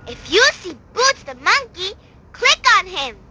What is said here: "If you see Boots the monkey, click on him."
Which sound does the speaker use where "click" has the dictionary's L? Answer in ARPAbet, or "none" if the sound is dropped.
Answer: L